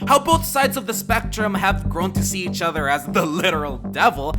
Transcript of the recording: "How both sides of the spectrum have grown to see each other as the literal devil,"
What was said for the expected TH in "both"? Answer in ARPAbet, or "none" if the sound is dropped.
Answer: TH